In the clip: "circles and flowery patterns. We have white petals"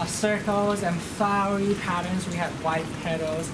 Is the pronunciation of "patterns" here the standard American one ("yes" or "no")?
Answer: yes